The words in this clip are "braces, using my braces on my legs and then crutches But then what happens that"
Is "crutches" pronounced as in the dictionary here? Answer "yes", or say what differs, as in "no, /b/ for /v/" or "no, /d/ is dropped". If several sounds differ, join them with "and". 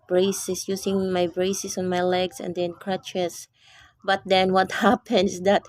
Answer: no, /s/ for /z/